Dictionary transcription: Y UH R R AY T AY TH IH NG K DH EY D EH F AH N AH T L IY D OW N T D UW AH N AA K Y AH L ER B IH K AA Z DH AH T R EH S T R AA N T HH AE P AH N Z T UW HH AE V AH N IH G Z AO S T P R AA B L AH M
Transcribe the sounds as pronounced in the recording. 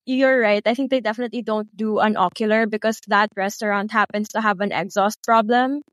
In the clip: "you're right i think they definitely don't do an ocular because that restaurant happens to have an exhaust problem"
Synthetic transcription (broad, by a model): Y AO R R AY T AY TH IH NG K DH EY D EH F AH N AH T L IY D OW N T D UW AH N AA K Y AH L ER B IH K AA S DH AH T R EH S T R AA N T HH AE P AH N S T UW HH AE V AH N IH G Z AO S T P R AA B L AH M